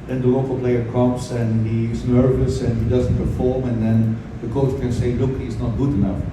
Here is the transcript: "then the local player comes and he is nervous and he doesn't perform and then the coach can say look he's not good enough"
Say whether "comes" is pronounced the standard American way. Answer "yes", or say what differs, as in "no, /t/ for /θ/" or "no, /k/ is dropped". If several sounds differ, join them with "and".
no, /s/ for /z/